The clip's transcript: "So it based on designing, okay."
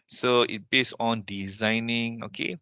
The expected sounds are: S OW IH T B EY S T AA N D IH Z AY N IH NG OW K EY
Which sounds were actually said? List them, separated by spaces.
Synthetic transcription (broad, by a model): S OW IH T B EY S AA N D IH Z AY N IH NG OW K EY